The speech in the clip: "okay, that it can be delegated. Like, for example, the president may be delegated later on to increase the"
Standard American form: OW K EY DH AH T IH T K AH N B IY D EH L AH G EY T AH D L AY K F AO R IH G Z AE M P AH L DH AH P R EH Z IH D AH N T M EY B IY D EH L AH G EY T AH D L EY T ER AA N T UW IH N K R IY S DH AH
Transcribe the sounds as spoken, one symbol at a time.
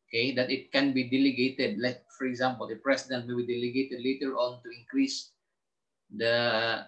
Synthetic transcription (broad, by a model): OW K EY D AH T IH T K AH N B IY D EH L AH G EY T AH D L AY K F AO R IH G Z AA M P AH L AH P R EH S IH D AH N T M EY B IY D EH L AH G EY T AH D L EY T ER AA N T UW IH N K R IY S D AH